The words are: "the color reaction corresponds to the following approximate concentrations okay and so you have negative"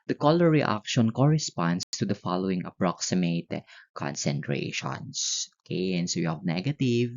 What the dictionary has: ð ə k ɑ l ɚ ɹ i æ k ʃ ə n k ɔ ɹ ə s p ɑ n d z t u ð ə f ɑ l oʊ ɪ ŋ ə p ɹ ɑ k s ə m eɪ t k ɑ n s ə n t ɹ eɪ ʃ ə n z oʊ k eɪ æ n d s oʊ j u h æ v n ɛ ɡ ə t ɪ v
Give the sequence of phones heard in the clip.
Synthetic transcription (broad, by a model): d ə k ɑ l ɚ ɹ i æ k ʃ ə n k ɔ ɹ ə s p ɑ n d s t u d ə f ɑ l oʊ ɪ ŋ ə p ɹ ɑ k s ə m eɪ t k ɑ n s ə n t ɹ eɪ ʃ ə n s oʊ k eɪ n s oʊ j u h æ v n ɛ ɡ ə t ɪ v